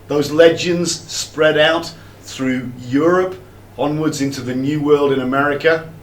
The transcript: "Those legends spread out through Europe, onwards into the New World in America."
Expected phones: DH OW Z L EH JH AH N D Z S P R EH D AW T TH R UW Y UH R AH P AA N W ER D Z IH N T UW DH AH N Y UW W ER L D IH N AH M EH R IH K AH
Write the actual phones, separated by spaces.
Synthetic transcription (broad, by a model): DH OW Z L EH JH AH N D Z S P R EH D AW T TH R UW Y UH R AH P AA N W ER D Z IH N T UW DH AH N Y UW W ER L D IH N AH M EH R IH K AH